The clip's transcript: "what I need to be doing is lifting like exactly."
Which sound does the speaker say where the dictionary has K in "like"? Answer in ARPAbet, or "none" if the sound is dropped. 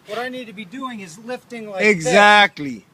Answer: none